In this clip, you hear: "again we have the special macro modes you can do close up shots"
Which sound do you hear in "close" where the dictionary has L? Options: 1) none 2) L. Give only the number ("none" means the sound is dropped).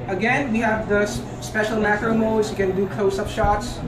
1